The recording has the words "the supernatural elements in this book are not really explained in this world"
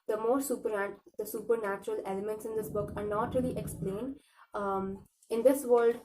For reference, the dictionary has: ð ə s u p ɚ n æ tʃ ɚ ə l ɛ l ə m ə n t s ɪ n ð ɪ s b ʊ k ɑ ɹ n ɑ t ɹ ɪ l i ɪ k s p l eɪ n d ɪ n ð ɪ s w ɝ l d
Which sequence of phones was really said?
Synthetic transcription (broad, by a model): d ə s u p ɚ n æ tʃ ɚ ə l ɛ l ə m ə n t s ɪ n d ɪ s b ʊ k ɑ ɹ n ɑ t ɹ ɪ l i ɪ k s p l eɪ n d ɪ n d ɪ s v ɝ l d